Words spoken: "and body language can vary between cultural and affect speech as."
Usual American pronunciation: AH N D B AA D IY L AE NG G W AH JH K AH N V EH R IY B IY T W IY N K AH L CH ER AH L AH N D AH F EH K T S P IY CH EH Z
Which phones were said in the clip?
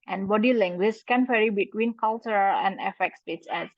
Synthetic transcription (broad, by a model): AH N B AA D IY L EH NG G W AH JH K AH N F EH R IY B IY T W IY N K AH L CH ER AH L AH N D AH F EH K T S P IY S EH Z